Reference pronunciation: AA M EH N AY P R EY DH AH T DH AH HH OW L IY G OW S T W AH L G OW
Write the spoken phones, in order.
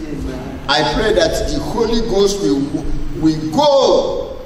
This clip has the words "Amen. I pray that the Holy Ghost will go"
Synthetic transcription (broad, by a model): AA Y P R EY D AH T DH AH HH OW L IY G OW S T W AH W G OW